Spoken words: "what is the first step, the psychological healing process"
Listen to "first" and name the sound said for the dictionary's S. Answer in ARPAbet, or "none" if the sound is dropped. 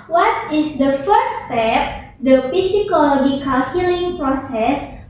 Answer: none